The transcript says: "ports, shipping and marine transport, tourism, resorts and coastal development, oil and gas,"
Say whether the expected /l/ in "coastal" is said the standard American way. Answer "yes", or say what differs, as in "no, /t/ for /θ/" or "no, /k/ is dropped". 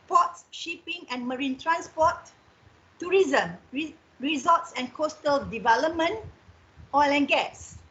yes